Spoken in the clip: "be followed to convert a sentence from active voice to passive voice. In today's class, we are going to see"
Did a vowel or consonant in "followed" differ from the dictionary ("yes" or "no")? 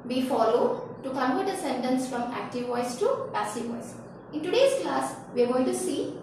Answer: no